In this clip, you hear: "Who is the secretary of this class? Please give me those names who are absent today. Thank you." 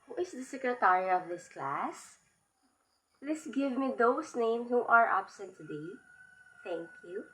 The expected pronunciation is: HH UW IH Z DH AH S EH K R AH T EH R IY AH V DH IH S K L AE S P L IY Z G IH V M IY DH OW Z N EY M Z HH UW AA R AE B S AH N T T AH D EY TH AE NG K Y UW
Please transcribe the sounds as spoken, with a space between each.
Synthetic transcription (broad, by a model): HH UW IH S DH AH S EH K R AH T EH R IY AH V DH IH S K L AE S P L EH S G IH V M IY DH OW S N EY M S HH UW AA R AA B S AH N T T AH D EY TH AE NG K Y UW